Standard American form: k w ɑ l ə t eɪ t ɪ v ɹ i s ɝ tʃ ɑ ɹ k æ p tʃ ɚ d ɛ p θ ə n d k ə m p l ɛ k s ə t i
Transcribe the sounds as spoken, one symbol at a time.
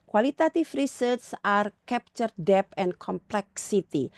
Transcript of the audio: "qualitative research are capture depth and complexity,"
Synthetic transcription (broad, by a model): k w ɑ l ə t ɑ t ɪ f ɹ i s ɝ s ɑ ɹ k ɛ p tʃ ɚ d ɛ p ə n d k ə m p l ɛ k s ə t i